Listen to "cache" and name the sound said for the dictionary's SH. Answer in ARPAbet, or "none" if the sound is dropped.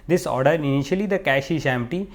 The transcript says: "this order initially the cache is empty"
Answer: SH